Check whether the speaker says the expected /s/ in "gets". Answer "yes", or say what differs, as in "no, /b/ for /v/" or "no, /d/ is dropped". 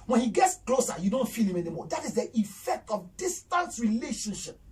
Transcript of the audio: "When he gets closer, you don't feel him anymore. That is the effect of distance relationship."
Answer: yes